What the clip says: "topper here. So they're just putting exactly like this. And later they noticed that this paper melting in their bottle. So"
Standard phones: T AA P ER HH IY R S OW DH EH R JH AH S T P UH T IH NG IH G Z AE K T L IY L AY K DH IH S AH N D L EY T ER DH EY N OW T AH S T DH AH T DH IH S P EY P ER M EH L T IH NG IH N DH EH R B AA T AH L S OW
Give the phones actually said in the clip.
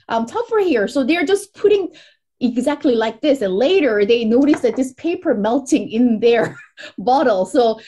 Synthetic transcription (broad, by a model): T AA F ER HH IY R S OW DH EH R JH AH S P UH T IH NG IH G Z AE K T L IY L AY K DH IH S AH N L EY T ER DH EY N OW T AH S DH AH T DH IH S P EY P ER M EH L T IH NG IH N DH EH R B AA T L S OW